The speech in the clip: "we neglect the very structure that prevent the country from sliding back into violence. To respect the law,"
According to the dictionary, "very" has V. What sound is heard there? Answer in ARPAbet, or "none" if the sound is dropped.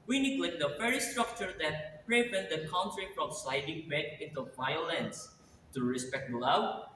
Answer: F